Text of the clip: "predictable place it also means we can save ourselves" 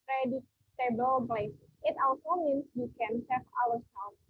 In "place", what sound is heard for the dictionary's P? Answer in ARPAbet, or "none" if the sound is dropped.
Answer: B